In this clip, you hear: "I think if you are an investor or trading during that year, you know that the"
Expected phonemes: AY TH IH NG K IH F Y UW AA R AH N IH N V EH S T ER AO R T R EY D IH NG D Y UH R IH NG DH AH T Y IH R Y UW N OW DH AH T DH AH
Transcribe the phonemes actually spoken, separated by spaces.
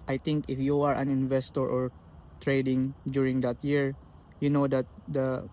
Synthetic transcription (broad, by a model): AY T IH NG K IH F Y UW AA R AH N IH N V EH S T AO AO R T R EY D IH NG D Y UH R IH NG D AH T Y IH R Y UW N OW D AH T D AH